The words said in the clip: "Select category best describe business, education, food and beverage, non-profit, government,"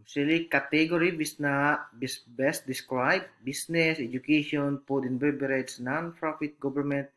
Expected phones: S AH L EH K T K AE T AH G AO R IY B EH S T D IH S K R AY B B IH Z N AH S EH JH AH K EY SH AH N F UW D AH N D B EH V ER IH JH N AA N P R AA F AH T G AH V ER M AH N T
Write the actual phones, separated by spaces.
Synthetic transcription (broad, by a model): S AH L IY K T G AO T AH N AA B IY B EH S T D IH S K R AY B B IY S N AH S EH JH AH K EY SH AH N P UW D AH N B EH B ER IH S N AA N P R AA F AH T G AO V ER M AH N T